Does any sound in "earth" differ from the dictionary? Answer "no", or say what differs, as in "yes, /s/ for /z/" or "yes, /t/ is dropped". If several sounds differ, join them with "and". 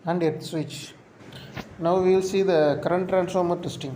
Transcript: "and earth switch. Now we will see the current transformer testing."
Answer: yes, /t/ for /θ/